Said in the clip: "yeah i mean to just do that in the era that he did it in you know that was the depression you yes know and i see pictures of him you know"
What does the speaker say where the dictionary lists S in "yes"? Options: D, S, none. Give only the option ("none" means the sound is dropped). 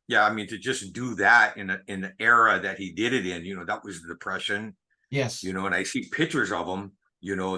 none